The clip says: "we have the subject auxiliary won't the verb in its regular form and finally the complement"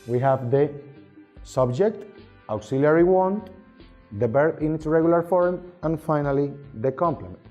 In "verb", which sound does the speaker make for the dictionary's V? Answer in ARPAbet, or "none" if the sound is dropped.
B